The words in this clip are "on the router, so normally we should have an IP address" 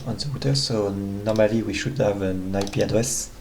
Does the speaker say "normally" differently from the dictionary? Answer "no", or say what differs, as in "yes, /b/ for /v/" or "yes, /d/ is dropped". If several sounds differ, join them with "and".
no